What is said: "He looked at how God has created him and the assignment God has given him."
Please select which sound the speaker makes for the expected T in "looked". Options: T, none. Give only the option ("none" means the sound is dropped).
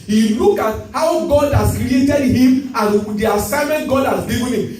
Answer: none